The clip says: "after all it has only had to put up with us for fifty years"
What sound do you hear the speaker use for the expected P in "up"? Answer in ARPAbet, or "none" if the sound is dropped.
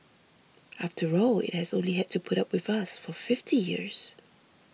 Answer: P